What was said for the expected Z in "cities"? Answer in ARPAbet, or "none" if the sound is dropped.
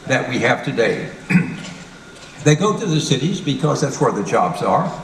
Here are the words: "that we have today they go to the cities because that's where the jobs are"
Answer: Z